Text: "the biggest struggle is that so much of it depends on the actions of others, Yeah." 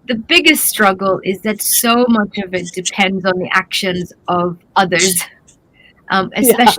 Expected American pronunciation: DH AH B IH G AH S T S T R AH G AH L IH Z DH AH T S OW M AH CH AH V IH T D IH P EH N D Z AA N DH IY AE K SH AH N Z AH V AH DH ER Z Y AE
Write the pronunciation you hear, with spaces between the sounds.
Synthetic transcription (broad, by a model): DH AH B IH G AH S T S T R AH G AH L IH Z DH AH T S OW M AH CH AH V IH T D IH P EH N D Z N DH IY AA K SH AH N Z AH V AH DH ER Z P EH